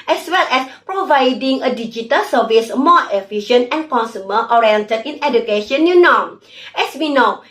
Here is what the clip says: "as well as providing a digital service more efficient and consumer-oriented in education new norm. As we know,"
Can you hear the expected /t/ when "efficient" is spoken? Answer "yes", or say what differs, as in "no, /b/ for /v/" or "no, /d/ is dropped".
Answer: no, /t/ is dropped